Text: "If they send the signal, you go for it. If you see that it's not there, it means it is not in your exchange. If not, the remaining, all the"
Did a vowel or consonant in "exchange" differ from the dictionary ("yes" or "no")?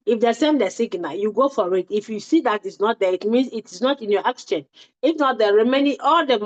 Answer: yes